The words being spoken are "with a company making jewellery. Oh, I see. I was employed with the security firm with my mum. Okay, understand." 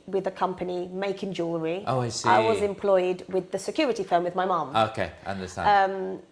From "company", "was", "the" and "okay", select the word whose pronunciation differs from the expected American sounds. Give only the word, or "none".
none